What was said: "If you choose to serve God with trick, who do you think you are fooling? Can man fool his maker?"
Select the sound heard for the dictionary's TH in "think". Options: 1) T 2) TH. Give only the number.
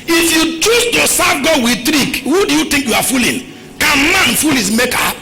1